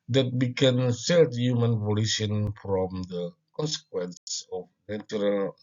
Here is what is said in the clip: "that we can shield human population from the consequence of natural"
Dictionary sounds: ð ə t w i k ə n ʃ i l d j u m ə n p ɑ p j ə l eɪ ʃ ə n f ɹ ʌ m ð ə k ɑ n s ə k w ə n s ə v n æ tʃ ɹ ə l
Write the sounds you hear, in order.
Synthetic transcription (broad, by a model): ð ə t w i k ə n s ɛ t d j u m ə n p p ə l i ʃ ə n f ɹ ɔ m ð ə k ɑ n s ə k w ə n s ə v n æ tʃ ɹ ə l